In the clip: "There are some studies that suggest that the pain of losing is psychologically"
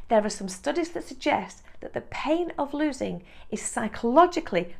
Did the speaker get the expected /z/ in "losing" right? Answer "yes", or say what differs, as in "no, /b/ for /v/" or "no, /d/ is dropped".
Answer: yes